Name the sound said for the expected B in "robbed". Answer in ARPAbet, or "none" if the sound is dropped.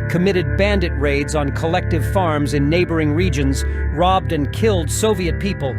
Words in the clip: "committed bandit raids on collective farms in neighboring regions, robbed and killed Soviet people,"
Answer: B